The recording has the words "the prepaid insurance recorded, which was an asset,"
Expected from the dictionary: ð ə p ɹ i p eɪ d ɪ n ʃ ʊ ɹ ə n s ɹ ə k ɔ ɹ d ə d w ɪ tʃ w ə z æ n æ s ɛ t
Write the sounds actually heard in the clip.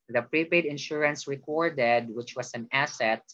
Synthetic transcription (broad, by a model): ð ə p ɹ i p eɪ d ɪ n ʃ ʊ ɹ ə n s ɹ ə k ɔ ɹ d ə d w ɪ tʃ w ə s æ n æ s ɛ t